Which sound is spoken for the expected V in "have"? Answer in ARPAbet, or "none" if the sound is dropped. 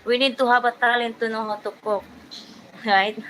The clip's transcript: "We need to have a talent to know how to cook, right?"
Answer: B